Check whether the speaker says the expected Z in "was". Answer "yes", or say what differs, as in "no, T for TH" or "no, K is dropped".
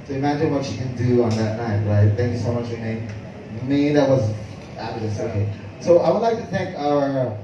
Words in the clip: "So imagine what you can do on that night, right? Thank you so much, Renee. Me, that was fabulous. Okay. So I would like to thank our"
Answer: yes